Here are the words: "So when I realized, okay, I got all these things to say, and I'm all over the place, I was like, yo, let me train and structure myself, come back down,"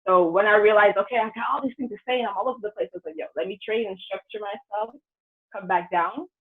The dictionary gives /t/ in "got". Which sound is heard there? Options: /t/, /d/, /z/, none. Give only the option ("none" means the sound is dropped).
none